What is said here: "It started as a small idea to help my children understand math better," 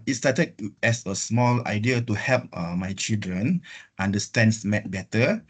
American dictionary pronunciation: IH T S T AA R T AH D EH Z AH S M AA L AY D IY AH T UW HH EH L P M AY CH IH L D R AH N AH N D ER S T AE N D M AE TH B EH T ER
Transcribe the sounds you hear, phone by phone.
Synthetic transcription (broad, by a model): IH T S T AA T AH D EH S AH S M AA L AY D IY AH T UW HH EH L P M AY CH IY L D R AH N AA N D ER S T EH N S M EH T B EH T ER